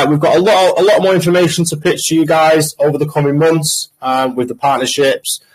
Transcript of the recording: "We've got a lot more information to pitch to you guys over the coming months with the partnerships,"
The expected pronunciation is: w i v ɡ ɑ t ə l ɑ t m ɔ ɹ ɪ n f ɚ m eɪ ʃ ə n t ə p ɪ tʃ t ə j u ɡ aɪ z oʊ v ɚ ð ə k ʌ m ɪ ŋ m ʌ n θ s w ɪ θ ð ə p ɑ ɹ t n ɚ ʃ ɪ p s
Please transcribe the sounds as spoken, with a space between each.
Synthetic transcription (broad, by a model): w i v ɡ ɑ t ə l ɑ t m ɔ ɹ ɪ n f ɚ m eɪ ʃ ə n t ə p ɪ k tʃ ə j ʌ ɡ aɪ z oʊ v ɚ ð ə k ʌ m ɪ ŋ m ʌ n θ s w ɪ ð ə p ɑ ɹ t n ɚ ʃ ɪ p s